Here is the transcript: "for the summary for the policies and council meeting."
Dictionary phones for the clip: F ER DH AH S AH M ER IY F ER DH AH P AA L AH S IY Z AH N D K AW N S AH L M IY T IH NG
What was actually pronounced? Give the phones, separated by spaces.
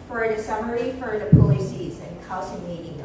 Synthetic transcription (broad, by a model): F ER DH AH S AH M ER IY F ER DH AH P AA L AH S IY Z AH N K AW S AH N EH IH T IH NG